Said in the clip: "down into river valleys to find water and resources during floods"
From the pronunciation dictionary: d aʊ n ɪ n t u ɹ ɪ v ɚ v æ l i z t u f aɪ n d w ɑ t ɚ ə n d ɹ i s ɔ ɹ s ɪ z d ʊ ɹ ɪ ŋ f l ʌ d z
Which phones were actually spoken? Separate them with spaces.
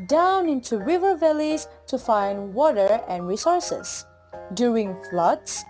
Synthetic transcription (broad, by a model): d aʊ n ɪ n t u ɹ ɪ v ɚ v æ l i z t u f aɪ n d w ɑ t ɚ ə n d ɹ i s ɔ ɹ s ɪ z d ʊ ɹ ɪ ŋ f l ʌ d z